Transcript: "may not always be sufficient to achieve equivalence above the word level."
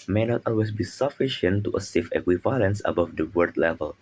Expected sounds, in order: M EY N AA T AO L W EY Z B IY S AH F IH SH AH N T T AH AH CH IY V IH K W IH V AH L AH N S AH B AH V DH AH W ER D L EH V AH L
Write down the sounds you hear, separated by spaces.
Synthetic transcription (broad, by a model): M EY N AA T AO L W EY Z B IY S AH F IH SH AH N T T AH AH S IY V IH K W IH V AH L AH N S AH B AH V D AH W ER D L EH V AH L